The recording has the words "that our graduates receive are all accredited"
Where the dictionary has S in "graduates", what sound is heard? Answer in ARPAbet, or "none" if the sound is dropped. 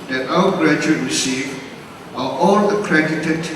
none